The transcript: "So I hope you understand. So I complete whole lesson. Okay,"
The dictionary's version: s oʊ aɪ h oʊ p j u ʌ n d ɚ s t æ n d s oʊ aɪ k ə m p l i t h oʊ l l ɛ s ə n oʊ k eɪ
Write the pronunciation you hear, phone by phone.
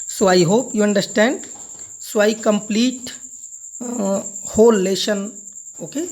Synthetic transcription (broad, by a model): s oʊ aɪ h oʊ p j u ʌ n d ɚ s t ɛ n d s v aɪ k ə m p l i t h oʊ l l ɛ ʃ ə n oʊ k eɪ